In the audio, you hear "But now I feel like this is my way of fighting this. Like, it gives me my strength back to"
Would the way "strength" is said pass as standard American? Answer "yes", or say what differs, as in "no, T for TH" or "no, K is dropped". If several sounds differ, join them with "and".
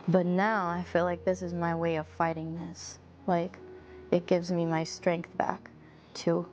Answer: yes